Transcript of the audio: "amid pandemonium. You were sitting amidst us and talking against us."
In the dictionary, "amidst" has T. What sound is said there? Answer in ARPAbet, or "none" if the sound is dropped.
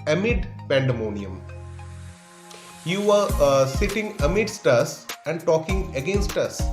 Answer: T